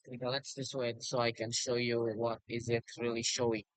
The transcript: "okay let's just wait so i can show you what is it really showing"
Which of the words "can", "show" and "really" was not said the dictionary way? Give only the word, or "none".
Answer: none